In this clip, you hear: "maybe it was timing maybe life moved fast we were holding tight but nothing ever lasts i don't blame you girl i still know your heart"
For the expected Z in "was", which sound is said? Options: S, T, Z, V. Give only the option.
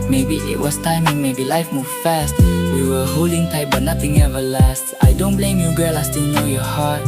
S